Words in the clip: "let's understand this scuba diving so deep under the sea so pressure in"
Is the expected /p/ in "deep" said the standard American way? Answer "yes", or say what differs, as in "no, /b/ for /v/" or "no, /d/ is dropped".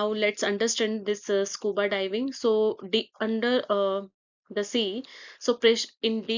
no, /p/ is dropped